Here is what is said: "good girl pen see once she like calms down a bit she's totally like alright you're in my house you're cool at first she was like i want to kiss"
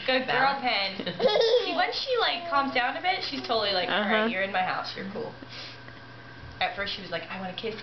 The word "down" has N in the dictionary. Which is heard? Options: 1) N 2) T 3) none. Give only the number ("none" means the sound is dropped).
1